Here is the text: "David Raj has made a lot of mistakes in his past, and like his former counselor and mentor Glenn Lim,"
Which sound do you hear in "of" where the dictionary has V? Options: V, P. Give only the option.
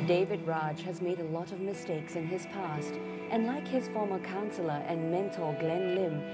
V